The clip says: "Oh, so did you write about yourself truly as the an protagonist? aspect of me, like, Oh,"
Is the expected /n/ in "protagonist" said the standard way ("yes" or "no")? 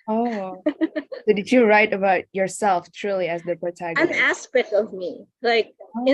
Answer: no